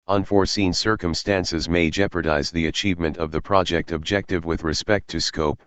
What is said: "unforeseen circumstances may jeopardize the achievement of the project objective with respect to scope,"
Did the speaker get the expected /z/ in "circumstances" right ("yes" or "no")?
yes